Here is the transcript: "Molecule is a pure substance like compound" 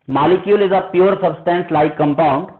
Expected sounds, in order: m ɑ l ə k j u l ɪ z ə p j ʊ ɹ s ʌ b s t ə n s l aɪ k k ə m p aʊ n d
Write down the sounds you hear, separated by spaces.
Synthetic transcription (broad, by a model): m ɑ l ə k j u l ɪ z ə p j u ɹ s ʌ b s t ə n s l aɪ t k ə m p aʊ n d